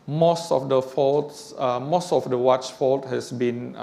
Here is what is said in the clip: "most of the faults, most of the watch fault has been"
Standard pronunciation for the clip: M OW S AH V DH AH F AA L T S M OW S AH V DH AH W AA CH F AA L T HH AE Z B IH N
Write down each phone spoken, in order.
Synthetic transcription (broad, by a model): M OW S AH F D AH F AA L T S M OW S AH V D AH W AA CH F AA L T HH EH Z B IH N